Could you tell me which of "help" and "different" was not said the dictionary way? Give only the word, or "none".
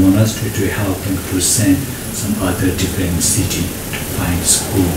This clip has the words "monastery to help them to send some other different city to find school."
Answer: different